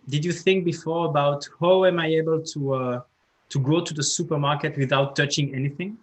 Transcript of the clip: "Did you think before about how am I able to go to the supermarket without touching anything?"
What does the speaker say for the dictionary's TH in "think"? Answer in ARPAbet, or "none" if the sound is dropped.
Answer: TH